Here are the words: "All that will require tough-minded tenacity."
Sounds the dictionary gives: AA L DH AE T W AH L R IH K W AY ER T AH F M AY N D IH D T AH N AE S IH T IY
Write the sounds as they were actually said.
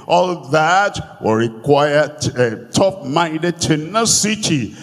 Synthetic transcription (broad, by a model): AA L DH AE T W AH R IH K W AY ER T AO P M AY N D IH D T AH N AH S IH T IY